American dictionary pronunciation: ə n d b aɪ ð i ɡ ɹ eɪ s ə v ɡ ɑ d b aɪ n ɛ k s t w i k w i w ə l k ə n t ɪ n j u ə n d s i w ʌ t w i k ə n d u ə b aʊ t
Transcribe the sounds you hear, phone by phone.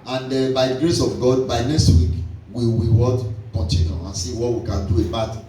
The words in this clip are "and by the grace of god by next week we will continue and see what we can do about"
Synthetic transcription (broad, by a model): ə n d b aɪ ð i ɡ ɹ eɪ s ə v ɡ ɑ d b aɪ n ɛ k s t w i k w i w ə w k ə n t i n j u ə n s i w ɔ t w i k ə n d u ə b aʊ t